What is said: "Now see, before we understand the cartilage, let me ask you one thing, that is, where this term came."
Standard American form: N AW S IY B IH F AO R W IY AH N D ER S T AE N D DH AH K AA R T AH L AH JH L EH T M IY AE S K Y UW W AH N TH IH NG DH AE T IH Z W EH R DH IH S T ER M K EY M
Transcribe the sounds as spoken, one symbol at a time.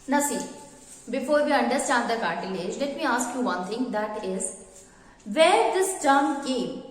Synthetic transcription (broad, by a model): N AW S IY B IH F AO R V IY AH N D ER S T AE N D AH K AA R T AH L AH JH L EH T M IY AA S K Y UW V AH N T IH NG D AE T IH Z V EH R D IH S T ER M K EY M